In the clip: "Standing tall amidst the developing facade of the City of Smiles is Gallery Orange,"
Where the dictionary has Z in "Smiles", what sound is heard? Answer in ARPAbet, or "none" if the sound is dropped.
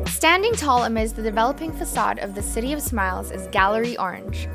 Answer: Z